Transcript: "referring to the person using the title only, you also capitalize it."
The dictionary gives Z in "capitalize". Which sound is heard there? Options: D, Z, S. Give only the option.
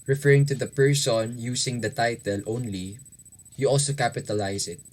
S